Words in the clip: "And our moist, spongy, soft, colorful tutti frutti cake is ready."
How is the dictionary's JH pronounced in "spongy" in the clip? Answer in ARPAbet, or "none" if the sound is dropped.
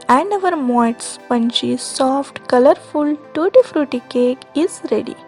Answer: CH